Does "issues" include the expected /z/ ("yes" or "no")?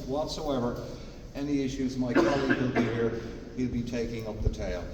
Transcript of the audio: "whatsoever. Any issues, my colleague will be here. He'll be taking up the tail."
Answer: yes